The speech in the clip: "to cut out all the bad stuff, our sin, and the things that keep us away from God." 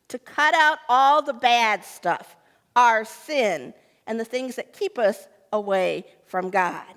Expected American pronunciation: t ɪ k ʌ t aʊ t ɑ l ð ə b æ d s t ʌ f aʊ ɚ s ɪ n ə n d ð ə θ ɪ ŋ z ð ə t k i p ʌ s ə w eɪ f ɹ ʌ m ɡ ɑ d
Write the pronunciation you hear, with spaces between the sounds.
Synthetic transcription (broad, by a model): t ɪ k ʌ t aʊ t ɑ l ð ə b æ d s t ʌ f aʊ ɚ s ɪ n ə n ð ə θ ɪ ŋ z ð ə t k i p ʌ s ə w eɪ f ɹ ʌ m ɡ ɑ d